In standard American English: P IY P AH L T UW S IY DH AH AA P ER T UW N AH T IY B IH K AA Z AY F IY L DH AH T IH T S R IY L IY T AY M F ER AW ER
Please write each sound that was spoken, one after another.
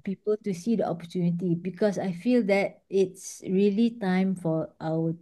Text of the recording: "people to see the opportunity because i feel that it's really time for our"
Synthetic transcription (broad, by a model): P IY P AH L T UW S IY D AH AA P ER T UW N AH T IY B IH K AA S AY F IY L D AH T IH T S R IY L IY T AY M F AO AW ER